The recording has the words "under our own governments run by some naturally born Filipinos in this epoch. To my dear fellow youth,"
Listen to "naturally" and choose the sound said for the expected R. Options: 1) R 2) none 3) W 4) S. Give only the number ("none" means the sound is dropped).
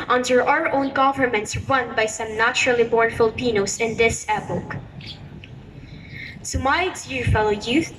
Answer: 1